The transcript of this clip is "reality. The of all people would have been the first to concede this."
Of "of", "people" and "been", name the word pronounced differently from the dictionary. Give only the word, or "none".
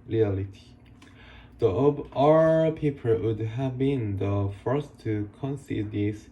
of